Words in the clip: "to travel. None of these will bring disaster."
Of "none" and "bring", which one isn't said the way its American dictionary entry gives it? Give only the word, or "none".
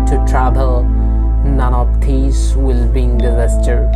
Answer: bring